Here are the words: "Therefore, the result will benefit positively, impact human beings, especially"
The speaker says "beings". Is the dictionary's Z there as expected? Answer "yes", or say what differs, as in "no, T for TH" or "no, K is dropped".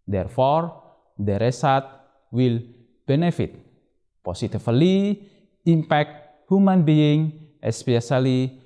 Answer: no, Z is dropped